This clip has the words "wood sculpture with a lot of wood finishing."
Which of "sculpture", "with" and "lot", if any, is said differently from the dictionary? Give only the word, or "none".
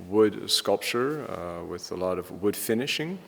none